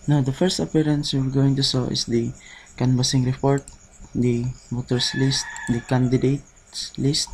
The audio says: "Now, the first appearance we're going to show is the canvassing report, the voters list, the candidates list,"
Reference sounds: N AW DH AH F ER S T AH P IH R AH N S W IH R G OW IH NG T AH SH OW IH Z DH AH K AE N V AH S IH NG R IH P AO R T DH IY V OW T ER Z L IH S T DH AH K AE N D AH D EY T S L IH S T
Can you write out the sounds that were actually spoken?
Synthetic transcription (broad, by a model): N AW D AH F ER S T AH P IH R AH N S W IH R G OW IH NG T AH S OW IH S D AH K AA N B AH S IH NG R IH P AO R T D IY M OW T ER S L IH S T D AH K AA N D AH D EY T S L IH S T